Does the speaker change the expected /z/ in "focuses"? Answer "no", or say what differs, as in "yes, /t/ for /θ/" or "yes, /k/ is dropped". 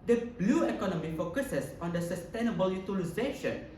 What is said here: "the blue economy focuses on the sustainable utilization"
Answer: yes, /s/ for /z/